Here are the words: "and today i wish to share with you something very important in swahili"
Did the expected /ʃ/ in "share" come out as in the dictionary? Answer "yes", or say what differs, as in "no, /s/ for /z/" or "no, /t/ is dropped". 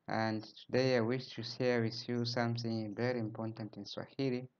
no, /s/ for /ʃ/